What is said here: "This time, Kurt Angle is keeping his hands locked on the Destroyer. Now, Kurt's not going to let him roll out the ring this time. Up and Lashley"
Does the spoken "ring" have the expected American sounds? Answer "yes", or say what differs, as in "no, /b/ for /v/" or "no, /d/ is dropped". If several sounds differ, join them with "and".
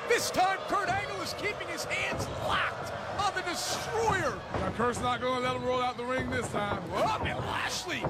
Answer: yes